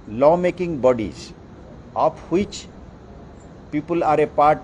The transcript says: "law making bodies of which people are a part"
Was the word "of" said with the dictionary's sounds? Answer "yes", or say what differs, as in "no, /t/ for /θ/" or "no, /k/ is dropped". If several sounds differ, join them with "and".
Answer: no, /p/ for /v/